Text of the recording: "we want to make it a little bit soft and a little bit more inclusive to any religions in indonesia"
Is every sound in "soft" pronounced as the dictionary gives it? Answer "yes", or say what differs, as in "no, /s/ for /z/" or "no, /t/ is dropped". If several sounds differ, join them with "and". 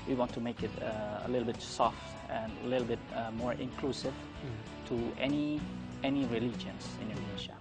yes